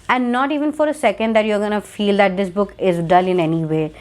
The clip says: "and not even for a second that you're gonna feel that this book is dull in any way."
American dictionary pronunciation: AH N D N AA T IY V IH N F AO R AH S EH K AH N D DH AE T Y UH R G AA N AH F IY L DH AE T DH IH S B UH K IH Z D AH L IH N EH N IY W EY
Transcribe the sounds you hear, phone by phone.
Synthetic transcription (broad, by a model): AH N D N AA T IY V IH N F AO R AH S EH K AH N D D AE T Y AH R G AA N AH F IY L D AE T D IH S B UH K IH Z D AH L IH N EH N IY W EY